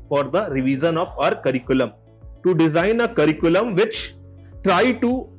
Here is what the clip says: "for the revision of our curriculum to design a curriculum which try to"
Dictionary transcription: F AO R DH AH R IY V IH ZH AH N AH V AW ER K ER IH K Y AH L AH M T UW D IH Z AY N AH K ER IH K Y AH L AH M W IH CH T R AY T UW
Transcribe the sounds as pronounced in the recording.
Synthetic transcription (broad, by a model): F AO R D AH R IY V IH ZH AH N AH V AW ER K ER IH K Y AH L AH M T UW D IH Z AY N AH K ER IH K Y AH L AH M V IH CH T R AY T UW